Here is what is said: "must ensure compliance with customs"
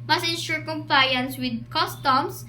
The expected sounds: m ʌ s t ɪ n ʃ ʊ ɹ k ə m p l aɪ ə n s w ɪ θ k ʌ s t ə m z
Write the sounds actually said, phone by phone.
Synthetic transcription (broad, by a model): m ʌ s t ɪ n ʃ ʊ ɹ k ə m p l aɪ ə n s w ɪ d k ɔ s t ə m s